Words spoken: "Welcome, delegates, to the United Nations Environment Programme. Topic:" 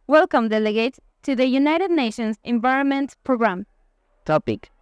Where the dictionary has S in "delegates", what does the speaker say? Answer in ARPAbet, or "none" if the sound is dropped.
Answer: none